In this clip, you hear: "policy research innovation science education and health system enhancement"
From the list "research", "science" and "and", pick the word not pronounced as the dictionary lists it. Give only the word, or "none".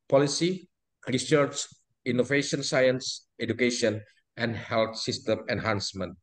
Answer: none